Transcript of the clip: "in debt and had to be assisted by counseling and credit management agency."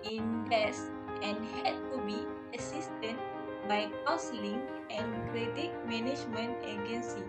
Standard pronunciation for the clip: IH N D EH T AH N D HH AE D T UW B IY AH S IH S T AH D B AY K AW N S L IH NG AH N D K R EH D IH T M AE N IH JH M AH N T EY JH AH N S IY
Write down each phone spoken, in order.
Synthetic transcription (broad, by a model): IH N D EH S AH N HH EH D T UW B IY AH S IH S T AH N B AY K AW S L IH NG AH N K R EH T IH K M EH N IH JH M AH N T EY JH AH N S IY